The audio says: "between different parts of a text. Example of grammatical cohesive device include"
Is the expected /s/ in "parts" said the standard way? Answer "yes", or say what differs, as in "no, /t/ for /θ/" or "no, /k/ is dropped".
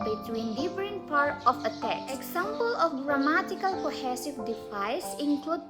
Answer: no, /s/ is dropped